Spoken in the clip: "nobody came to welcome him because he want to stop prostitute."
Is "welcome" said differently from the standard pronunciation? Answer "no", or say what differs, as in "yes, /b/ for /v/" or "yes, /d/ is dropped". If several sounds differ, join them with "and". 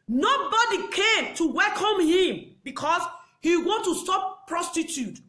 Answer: no